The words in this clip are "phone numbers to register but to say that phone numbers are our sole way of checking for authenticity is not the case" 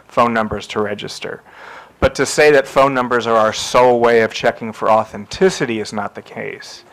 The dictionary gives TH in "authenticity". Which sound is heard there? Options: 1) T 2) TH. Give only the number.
2